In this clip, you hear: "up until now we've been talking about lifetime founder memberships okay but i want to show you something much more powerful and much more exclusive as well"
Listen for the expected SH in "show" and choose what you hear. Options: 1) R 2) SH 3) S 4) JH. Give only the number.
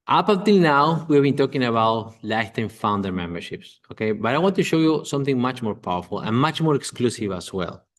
2